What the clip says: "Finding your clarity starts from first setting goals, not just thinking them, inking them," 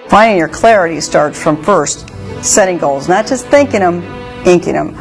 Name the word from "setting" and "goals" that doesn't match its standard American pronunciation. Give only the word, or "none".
none